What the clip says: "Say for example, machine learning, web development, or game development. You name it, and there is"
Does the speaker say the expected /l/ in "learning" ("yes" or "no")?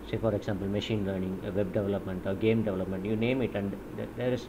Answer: yes